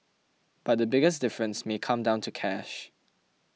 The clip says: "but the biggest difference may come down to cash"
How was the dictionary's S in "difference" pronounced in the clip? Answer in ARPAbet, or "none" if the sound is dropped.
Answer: S